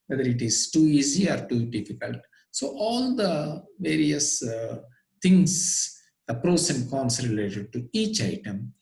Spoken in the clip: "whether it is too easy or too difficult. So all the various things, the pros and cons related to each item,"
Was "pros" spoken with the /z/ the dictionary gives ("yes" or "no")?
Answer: no